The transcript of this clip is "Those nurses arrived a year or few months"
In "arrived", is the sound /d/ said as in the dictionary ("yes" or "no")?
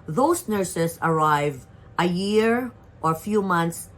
no